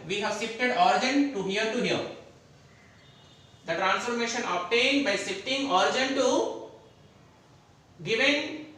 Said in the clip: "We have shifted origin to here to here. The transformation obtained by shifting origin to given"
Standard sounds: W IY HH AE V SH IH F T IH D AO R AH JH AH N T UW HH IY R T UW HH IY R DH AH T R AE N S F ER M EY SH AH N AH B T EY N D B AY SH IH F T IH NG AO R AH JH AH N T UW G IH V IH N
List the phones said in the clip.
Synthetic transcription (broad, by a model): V IY HH AE V S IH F T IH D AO R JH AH N T UW HH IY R T UW HH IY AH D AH T R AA N S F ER M EY SH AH N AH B T EY N D B AY S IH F T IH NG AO R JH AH N T UW G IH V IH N